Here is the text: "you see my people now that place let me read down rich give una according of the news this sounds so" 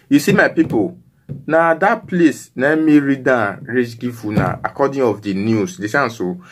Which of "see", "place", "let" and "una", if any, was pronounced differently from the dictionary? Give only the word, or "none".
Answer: let